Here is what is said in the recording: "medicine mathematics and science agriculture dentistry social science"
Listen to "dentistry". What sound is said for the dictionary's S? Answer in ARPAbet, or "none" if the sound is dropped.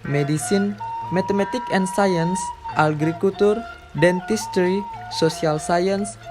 S